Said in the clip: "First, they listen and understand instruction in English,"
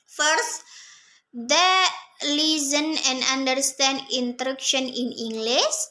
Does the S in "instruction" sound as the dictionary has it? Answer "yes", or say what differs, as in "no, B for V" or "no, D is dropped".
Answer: no, S is dropped